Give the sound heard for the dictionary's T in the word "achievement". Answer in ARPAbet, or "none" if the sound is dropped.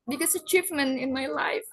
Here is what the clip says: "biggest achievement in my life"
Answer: none